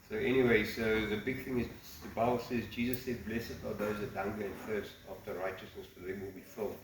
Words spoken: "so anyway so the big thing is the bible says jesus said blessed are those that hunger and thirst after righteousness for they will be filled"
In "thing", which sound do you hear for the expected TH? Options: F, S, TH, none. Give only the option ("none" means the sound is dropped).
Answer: TH